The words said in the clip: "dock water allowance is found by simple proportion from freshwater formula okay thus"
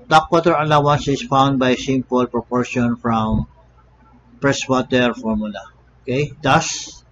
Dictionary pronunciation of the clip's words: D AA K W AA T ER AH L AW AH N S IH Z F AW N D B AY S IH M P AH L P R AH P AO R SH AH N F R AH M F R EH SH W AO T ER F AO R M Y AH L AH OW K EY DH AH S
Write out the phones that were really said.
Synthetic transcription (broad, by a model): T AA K W AA T ER AH L AW AH N S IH S F AW N D B AY S IH M P AH L P R AH P AO R SH AH N F R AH M P R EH S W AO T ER F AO R M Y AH L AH OW K EY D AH S